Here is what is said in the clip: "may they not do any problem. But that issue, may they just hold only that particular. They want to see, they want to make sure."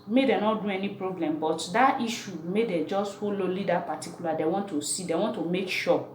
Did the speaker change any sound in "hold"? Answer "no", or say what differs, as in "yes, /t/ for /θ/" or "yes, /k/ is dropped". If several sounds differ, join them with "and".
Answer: yes, /d/ is dropped